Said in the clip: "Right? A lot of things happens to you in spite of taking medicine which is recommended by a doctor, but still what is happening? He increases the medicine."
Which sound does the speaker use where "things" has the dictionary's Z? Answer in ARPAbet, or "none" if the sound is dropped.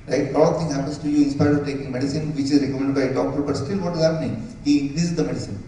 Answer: none